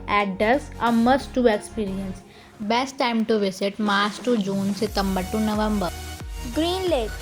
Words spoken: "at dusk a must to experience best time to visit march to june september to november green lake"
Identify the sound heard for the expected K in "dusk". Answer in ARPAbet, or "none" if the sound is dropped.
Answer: none